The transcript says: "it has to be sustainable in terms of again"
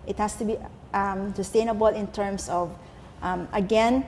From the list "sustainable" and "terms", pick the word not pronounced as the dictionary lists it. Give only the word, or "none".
terms